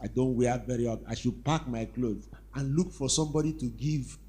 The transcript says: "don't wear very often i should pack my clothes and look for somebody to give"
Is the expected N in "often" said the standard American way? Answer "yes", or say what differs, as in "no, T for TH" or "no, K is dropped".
no, N is dropped